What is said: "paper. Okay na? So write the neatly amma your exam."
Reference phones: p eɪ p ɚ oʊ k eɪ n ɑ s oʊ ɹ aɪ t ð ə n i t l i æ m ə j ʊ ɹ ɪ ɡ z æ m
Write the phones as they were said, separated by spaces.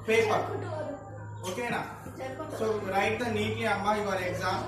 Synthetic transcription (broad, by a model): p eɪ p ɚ oʊ k eɪ n ɑ s oʊ ɹ aɪ t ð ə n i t i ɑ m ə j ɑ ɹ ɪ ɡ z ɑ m